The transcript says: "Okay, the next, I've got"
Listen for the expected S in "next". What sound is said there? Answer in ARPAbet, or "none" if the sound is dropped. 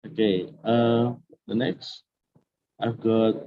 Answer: S